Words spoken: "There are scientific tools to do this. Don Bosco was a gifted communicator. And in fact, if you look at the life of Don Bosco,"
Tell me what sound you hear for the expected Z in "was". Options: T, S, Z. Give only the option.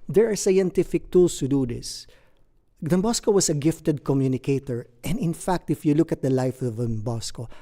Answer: S